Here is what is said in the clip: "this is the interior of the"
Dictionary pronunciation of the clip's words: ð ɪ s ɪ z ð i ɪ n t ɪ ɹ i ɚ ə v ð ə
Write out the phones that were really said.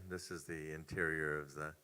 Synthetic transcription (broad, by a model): ð ɪ s ɪ z ð i ɪ n t ɪ ɹ i ɚ ə v ð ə